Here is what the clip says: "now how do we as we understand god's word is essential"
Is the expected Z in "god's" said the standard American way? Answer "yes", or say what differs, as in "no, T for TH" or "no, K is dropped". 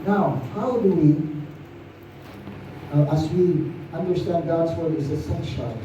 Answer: yes